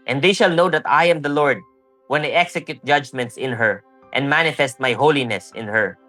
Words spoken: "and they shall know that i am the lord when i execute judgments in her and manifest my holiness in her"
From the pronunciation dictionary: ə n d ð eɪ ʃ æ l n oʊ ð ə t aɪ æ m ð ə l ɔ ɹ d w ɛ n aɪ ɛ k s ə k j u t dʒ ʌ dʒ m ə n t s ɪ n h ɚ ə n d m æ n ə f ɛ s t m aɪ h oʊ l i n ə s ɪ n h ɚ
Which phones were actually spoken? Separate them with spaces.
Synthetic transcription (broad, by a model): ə n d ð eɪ ʃ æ l n oʊ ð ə t aɪ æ m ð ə l ɔ ɹ d w ɛ n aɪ ɛ k s ə k j u t dʒ ʌ dʒ m ə n t s ɪ n h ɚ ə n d m æ n ə f ɛ s t m aɪ h oʊ l i n ə s ɪ n h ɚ